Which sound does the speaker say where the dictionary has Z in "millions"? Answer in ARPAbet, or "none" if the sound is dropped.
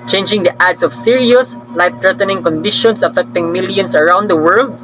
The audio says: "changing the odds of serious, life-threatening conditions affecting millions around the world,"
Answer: S